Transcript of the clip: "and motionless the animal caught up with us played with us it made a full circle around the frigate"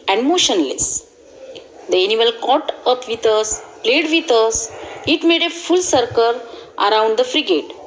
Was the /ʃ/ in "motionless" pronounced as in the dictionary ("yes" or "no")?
yes